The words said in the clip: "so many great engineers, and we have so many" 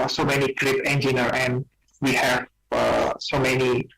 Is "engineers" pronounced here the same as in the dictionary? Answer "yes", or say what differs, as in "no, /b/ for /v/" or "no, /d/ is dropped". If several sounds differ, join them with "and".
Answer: no, /z/ is dropped